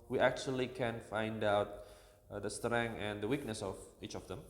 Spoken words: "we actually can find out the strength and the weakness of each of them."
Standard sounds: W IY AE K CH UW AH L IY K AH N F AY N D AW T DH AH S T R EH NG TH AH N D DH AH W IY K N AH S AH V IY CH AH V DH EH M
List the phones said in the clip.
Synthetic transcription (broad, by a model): W IY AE K CH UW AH L IY K AH N F AY N D AW T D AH S T R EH NG AH N D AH W IY K N AH S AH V IY CH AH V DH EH M